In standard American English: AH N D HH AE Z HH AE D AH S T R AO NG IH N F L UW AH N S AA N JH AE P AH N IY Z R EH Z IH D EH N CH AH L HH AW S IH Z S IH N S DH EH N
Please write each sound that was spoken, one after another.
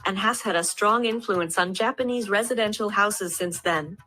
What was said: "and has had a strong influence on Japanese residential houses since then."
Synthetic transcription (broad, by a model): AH N HH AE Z HH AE D AH S T R AO NG IH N F L UW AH N S N JH AE P AH N IY Z R EH Z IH D EH N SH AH L HH AW S IH Z S IH N S DH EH N